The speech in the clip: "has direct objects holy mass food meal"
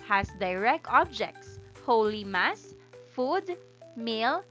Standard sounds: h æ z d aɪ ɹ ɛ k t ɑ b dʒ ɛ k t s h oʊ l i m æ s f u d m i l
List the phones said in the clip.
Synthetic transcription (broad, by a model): h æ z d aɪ ɹ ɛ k ɑ b dʒ ɛ k t s h oʊ l i m æ s f u d m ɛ l